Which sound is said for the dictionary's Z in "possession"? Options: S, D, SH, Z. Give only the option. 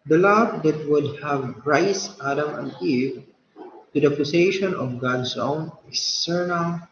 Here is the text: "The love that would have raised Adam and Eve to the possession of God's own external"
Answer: S